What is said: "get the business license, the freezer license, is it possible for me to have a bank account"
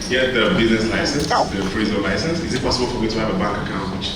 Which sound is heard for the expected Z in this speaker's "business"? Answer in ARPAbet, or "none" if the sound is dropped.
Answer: Z